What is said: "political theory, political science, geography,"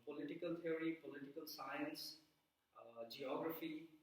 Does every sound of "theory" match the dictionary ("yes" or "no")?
no